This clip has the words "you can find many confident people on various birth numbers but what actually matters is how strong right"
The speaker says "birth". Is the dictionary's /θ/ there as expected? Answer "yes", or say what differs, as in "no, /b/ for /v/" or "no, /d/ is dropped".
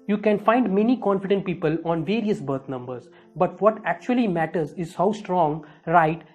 no, /t/ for /θ/